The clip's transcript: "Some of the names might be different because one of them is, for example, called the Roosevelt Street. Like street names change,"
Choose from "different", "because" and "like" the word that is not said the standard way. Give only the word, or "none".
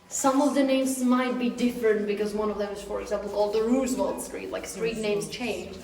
none